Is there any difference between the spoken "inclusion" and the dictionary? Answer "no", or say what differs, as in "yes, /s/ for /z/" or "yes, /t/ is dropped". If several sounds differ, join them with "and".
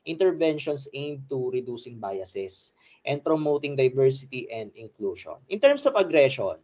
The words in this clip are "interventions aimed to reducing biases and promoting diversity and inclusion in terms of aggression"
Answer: yes, /ʃ/ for /ʒ/